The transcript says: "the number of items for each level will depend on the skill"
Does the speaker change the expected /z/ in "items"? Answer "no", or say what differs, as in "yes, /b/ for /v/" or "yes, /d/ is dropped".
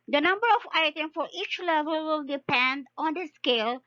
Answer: yes, /z/ is dropped